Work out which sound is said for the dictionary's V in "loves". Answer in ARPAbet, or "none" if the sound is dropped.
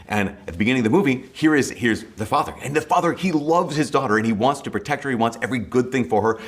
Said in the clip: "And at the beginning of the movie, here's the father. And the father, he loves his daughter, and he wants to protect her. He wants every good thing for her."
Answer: V